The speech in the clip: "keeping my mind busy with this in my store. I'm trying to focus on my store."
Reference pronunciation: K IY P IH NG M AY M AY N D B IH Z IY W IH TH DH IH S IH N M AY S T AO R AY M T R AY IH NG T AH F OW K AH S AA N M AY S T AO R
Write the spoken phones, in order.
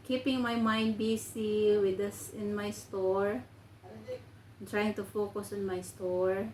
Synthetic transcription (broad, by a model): K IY P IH NG M AY M AY N D B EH S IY W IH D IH S IH N M AY S T AO R T R AY IH NG T AH F OW K AH S AA N M AY S T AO R